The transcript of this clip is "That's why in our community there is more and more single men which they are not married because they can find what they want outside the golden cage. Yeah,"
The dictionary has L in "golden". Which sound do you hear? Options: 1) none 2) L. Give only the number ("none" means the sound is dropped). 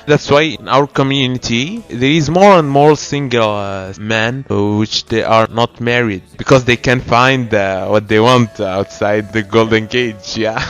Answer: 2